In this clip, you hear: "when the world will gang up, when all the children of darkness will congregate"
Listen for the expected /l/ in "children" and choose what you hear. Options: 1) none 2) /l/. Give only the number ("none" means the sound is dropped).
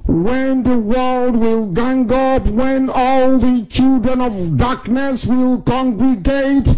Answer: 2